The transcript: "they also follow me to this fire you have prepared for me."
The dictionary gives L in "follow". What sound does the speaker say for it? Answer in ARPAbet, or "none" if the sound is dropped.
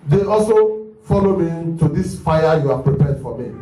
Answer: L